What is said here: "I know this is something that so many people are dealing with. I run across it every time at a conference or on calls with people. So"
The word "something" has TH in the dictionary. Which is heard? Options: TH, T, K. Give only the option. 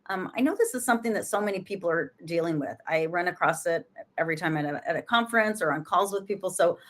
TH